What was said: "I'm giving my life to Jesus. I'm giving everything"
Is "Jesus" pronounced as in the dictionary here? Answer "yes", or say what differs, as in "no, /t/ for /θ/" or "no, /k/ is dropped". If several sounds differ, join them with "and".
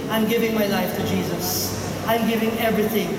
yes